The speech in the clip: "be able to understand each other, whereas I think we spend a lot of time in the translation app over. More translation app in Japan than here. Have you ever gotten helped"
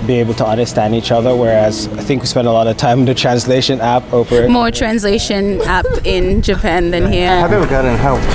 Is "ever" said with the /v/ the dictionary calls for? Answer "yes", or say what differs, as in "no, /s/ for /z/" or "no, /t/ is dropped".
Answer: no, /w/ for /v/